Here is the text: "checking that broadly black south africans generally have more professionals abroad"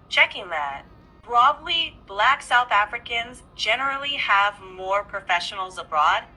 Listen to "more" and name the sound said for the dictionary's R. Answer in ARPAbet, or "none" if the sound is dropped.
R